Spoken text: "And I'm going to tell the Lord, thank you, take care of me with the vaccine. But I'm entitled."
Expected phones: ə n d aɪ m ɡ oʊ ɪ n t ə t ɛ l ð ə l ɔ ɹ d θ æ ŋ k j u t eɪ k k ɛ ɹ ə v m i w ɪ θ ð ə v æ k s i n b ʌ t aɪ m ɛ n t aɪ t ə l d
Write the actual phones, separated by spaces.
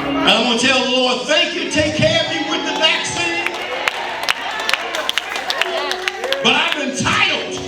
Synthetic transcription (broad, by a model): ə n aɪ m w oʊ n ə t ɛ l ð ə l ɔ ɹ d θ æ ŋ k j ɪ t eɪ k k ɛ ɹ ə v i w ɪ ð ə v æ k s i n b ʌ t aɪ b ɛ n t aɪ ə l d